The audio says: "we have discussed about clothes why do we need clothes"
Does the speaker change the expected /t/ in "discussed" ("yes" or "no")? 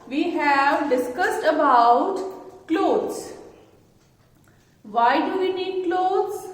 no